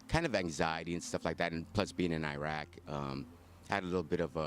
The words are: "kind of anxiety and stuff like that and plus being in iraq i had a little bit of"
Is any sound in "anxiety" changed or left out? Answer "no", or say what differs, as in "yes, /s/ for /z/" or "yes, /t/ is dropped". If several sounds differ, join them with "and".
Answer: no